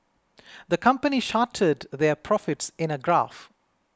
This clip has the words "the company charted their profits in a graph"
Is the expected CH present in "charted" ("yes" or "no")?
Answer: no